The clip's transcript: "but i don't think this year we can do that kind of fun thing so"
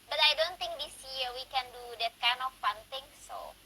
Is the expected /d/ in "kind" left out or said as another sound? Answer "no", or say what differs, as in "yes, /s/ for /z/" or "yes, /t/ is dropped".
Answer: yes, /d/ is dropped